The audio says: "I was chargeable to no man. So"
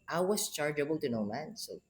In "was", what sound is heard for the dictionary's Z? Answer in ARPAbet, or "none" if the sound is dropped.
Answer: S